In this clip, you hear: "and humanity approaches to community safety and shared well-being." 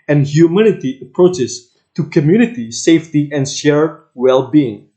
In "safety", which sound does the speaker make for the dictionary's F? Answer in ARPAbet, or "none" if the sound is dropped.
F